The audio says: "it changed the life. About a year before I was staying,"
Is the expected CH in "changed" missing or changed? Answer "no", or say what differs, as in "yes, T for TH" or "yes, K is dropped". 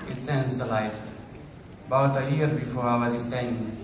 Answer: yes, S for CH